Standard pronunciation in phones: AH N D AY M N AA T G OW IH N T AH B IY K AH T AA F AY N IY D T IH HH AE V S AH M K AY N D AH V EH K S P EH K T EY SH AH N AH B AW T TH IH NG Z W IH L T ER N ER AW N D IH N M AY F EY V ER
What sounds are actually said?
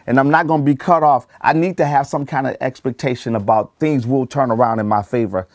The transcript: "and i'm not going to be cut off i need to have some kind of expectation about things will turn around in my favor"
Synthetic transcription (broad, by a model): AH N AY M N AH T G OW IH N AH B IY K AH T AA F AY N IY D T IH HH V S AH M K AY N D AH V EH K S P EH K T EY SH AH N AH B AW T TH IH NG Z W IH L T ER N ER AW N D IH N M AY F EY V ER